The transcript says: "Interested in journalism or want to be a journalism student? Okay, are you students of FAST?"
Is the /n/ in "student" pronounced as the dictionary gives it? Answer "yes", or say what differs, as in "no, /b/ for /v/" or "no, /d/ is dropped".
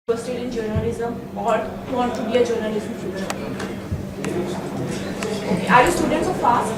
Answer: no, /n/ is dropped